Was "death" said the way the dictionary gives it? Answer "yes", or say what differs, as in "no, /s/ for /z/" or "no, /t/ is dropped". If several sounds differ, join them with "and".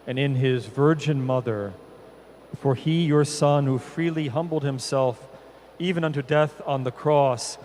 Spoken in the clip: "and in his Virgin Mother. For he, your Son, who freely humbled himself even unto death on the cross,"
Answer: yes